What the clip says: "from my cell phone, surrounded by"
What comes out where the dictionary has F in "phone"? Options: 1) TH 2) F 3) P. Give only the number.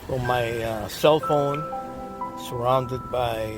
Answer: 2